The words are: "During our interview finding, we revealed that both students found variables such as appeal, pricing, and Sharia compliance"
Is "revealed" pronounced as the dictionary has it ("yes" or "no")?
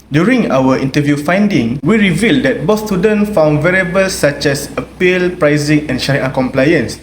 yes